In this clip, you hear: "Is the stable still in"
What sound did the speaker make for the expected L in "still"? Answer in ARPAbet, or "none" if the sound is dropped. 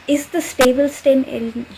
N